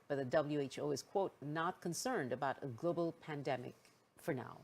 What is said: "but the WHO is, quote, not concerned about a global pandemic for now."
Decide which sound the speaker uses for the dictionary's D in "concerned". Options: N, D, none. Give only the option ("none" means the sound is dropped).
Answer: D